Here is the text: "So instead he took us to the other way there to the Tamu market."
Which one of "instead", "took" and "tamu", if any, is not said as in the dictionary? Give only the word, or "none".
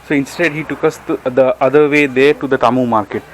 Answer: none